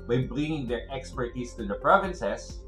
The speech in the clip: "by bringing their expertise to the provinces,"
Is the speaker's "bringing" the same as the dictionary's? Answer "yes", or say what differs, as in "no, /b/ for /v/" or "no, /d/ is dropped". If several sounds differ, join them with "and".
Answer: no, /l/ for /ɹ/